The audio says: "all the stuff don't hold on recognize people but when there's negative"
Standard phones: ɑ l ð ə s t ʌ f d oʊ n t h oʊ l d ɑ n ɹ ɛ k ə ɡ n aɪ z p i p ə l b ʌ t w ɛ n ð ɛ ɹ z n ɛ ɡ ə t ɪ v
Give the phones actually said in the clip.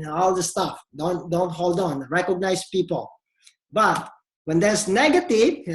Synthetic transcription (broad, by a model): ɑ l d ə s t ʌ f d oʊ n t h oʊ l d ɑ n ɹ ɛ k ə ɡ n aɪ s p i p ə l b ʌ t w ɛ n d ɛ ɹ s n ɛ ɡ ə t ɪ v